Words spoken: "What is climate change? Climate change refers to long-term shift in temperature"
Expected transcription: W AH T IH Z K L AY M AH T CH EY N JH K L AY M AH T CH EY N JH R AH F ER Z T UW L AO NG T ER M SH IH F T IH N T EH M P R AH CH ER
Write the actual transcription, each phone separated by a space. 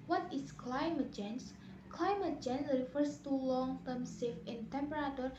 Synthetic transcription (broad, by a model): W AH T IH S K L AY M AH T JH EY N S K L AY M AH T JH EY N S R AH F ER S T UW L AO NG T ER M S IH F IH N T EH M P R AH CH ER